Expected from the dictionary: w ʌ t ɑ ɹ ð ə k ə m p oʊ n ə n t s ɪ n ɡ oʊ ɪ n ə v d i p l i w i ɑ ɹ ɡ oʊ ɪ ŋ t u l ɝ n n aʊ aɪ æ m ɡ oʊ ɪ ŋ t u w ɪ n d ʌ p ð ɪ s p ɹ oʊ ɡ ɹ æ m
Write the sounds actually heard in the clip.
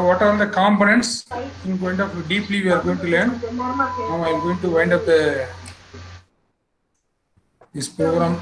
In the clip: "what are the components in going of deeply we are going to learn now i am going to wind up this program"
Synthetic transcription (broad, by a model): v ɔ t ɑ ɹ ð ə k ə m p oʊ n ə n t s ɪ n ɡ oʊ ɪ n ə p d i p l i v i ɑ ɹ ɡ oʊ ɪ ŋ t u l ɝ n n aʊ aɪ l ɡ oʊ ɪ ŋ t u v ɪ n d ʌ p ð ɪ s p ɹ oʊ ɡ ɹ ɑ m